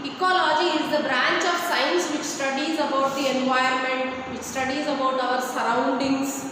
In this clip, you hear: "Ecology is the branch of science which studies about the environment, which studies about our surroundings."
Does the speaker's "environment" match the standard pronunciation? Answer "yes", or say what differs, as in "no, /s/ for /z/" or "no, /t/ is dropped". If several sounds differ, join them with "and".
no, /ɹ/ is dropped